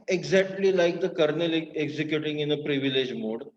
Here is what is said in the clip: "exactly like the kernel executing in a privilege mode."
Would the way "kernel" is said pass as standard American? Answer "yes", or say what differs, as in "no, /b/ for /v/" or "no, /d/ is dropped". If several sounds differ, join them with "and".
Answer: yes